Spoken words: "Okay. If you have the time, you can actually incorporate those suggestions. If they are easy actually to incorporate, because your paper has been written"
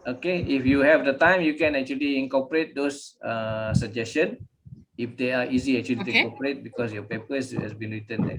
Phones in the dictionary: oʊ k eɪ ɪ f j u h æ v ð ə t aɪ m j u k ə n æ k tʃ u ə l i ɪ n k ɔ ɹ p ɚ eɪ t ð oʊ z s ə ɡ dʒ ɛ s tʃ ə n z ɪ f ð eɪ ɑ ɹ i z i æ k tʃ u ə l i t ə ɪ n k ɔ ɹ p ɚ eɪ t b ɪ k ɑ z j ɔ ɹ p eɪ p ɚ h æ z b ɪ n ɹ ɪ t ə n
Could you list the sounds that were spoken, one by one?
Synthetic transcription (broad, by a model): oʊ k eɪ ɪ f j u h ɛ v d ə t aɪ m j u k ə n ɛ k tʃ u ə l i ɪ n k ɔ p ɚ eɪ t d oʊ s s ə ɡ dʒ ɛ s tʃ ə n ɪ f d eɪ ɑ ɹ i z i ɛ k tʃ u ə l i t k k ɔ p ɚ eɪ t b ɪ k ɑ s j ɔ p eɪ p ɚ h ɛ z b ɪ n ɹ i t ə n